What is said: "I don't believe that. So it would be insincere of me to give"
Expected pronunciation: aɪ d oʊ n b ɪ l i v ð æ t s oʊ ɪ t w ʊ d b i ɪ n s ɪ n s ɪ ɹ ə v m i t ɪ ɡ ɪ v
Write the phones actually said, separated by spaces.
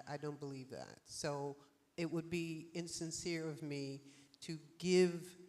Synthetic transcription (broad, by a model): aɪ d oʊ n b ɪ l i v ð æ t s oʊ ɪ t w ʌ d b i ɪ n s ɪ n s ɪ ɹ ə v m i t ɪ ɡ ɪ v